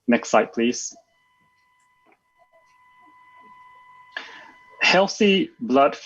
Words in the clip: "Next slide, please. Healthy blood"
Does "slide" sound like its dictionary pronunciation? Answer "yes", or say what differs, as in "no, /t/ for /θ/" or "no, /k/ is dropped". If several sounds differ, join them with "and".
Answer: no, /l/ is dropped